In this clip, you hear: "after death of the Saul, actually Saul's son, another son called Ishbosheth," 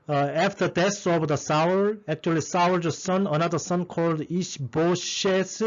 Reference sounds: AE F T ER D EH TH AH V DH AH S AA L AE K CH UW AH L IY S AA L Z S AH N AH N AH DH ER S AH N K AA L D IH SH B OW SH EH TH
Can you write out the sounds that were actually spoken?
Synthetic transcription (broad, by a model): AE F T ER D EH S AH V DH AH S AA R AE K CH UW AH L IY S AA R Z S AH N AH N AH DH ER S AH N K AA L D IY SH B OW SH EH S